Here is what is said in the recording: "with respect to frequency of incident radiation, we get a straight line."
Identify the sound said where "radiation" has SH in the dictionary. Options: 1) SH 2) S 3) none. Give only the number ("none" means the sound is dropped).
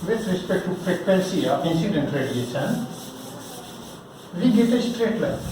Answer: 2